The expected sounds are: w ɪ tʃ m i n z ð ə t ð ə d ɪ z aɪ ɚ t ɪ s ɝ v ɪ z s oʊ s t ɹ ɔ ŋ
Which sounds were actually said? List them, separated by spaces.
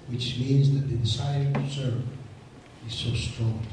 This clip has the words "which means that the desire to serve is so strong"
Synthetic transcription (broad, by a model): w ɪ tʃ m i n z ð ə t ð ə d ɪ s aɪ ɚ t ɪ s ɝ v ɪ z s oʊ s t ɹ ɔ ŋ